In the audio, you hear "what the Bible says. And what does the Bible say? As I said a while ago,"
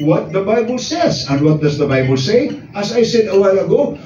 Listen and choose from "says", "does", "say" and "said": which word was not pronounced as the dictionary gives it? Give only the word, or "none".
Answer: none